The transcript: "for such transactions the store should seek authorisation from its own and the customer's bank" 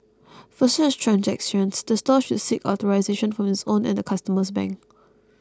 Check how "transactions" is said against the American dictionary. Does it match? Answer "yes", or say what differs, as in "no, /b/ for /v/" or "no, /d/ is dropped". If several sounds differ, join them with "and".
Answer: no, /s/ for /ʃ/